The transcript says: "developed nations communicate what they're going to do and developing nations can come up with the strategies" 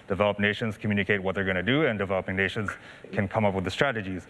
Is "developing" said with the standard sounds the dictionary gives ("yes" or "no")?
yes